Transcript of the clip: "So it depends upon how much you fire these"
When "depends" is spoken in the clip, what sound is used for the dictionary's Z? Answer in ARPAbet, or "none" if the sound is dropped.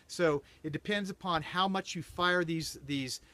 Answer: Z